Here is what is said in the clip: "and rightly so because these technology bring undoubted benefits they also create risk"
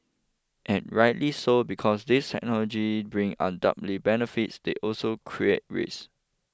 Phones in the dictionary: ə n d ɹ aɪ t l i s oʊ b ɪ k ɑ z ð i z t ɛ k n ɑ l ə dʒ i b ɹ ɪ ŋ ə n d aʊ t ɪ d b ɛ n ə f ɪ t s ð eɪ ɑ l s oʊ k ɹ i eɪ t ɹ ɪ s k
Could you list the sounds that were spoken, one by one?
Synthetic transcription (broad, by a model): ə n ɹ aɪ t l i s oʊ b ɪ k ɑ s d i s t ɛ k n ɑ l ə dʒ i b ɹ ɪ ŋ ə n d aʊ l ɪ b ɛ n ə f ɪ t s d eɪ ɑ l s oʊ k ɹ i eɪ t ɹ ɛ s